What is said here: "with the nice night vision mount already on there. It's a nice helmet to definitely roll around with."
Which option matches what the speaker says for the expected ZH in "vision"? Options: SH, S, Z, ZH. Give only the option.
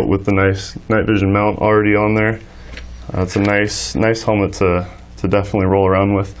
ZH